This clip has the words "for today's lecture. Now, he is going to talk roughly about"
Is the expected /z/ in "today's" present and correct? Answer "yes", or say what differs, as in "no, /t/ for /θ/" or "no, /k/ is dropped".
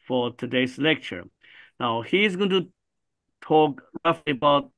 no, /s/ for /z/